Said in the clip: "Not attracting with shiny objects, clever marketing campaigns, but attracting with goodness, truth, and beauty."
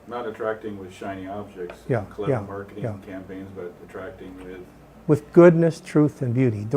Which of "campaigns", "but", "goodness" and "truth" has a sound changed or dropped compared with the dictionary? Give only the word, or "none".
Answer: none